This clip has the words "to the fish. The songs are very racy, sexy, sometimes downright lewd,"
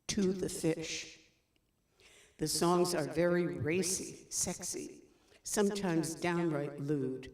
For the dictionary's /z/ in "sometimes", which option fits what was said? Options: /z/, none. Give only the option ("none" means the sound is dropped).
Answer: /z/